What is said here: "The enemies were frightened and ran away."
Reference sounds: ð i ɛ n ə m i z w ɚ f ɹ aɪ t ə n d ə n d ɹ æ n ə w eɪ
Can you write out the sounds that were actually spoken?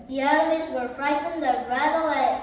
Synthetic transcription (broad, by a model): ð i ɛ l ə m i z w ɚ f ɹ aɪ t n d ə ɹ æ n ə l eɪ